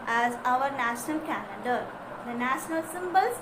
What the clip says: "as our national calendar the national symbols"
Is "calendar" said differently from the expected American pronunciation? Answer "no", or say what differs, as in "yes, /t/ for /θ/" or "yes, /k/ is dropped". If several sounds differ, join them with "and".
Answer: yes, /n/ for /l/ and /n/ is dropped